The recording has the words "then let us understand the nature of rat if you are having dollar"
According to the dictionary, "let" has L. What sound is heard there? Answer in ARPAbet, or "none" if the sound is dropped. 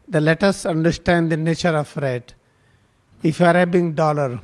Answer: L